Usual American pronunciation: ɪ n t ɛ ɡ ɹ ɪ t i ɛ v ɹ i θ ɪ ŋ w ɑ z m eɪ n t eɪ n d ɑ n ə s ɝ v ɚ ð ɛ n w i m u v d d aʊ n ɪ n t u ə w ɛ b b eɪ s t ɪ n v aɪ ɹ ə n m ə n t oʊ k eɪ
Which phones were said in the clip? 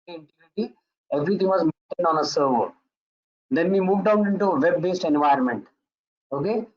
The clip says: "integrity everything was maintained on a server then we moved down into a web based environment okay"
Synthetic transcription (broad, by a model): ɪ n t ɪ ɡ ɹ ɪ t i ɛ v ɹ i t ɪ ŋ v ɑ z m eɪ n t eɪ n d ɑ n ə s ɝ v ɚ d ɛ n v i m u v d d aʊ n ɪ n t u ə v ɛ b b eɪ s t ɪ n v aɪ ə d m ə n t oʊ k eɪ